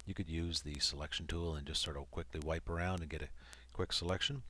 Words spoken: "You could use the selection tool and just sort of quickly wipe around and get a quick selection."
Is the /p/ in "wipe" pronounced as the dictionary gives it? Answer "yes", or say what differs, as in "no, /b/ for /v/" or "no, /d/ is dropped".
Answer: yes